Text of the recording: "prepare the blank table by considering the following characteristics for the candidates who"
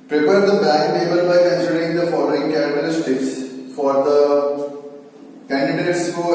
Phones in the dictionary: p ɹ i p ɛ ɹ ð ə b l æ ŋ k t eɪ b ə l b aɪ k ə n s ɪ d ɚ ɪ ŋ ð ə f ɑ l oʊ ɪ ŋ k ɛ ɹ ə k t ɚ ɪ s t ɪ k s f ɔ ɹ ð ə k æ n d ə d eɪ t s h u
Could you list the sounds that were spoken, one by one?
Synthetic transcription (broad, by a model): p ɹ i p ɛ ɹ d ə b æ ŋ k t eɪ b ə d b aɪ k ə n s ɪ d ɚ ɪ ŋ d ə f ɑ l oʊ ɪ ŋ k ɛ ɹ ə t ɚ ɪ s t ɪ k s f ɔ ɹ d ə k æ n d ə d eɪ t s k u